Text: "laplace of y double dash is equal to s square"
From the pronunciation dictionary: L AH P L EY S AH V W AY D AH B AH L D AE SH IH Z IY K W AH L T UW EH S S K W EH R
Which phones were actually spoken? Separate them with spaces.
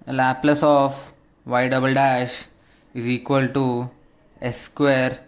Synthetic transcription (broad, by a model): L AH P L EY S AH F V AY D AH B AH L D AE SH IH Z IY K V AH L T UW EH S S K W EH R